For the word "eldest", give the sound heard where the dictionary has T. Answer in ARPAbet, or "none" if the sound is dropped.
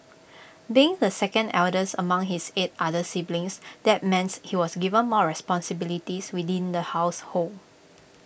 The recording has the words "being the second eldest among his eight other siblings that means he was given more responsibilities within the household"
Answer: none